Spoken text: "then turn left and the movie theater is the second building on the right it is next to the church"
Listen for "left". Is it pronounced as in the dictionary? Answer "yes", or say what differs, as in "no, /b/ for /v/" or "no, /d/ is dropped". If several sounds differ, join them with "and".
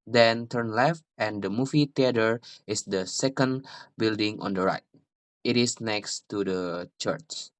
yes